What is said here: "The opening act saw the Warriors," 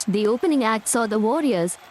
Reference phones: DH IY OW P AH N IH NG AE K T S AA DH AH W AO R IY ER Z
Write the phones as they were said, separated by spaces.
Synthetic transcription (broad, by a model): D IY OW P AH N IH NG AE K T S AA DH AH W AO R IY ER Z